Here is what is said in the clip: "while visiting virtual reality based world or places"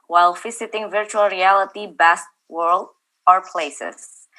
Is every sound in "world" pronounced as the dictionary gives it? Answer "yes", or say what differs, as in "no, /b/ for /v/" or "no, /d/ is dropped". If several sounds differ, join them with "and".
yes